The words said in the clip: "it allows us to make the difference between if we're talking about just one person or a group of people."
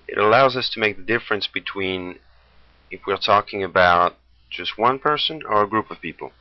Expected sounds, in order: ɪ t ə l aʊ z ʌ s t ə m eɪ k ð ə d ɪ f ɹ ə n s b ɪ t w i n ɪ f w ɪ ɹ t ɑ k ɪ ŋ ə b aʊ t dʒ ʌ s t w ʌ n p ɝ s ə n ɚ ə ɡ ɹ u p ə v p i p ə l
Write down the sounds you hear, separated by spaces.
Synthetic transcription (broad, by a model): ɪ t ə l aʊ z ʌ s t ə m eɪ k ð ə d ɪ f ɹ ə n s b ɪ t w i n ɪ f w ɪ ɹ t ɑ k ɪ ŋ ə b aʊ t dʒ ʌ s t w ʌ n p ɝ s ə n ɚ ə ɡ ɹ u p ə v p i p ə l